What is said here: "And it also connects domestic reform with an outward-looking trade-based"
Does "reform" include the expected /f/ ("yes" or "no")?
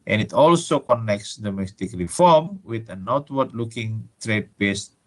yes